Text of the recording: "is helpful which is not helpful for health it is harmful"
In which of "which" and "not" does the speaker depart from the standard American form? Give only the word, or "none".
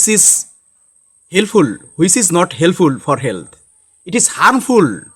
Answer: which